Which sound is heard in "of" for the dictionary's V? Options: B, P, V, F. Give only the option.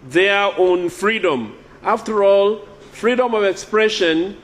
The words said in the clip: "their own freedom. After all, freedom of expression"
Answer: V